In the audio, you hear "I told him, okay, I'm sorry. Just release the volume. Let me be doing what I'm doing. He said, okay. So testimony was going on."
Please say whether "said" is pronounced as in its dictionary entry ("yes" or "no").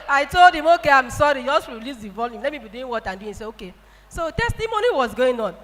no